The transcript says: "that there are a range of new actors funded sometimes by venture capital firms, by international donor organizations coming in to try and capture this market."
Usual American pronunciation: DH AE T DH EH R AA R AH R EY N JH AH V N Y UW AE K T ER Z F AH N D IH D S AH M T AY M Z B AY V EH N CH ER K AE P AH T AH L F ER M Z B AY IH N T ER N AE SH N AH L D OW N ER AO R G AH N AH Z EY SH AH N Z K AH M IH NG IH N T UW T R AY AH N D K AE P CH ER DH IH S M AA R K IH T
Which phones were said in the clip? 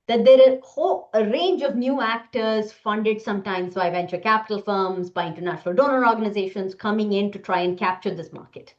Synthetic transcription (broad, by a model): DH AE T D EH R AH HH AH R EY N JH AH V N Y UW AE K T ER Z F AH N D IH D S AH M T AY M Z B AY V EH N CH ER K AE P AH T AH L F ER M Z B AY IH N T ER N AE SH N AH L D OW N ER AO R G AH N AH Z EY SH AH N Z K AH M IH NG IH N T UW T R AY AH N D K AE P CH ER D IH S M AA R K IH T